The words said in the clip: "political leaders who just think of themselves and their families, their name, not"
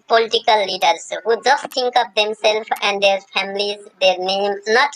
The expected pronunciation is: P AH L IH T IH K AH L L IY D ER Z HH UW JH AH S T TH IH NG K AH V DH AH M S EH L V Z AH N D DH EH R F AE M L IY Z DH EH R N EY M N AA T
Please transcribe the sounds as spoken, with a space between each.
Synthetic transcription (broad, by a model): P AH L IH T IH K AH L L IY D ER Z HH UW JH AH S T T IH NG K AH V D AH M S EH L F AH N D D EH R F AE M L IY Z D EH R N EY M N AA T